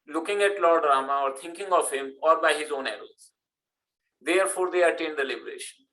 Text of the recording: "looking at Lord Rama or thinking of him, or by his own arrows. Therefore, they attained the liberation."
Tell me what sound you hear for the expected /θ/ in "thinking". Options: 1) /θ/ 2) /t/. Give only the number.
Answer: 2